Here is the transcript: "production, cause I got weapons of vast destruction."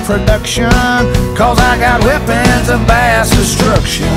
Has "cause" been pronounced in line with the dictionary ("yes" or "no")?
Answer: yes